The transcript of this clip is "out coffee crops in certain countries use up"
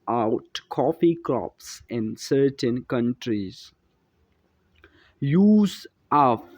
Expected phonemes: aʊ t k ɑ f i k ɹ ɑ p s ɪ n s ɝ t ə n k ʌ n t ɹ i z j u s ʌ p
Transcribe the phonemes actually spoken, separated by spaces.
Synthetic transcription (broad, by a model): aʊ t k ɑ f i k l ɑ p s ɪ n s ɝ t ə n k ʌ n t ɹ i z j u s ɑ